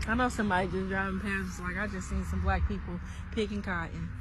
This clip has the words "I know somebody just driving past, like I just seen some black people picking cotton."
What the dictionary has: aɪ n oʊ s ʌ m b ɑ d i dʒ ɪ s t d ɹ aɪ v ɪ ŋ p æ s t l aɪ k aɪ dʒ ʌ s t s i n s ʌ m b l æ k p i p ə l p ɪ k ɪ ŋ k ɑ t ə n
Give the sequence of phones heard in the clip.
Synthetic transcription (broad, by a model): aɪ n oʊ s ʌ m ɑ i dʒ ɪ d ɹ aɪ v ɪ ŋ p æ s l aɪ k aɪ dʒ ʌ s t s i n s ʌ m b l æ k p i p l p ɪ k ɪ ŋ k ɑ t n